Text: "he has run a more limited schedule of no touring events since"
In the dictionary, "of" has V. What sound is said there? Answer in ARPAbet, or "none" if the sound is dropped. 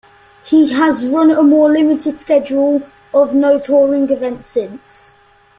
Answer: V